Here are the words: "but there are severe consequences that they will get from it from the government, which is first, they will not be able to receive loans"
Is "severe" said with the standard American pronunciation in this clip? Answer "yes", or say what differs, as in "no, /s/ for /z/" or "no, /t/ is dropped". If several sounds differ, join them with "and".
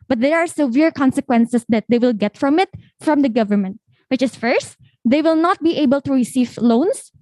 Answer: yes